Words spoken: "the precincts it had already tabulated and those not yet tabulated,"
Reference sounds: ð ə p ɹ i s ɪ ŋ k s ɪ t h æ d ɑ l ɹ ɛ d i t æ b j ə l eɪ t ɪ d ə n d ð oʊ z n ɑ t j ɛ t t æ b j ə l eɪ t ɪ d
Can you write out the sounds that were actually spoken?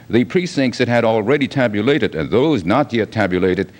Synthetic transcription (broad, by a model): ð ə p ɹ i s ɪ ŋ k s ɪ t h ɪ d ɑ l ɹ ɛ d i t æ b j ə l eɪ t ɪ d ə n ð oʊ z n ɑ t j ɛ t t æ b j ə l eɪ t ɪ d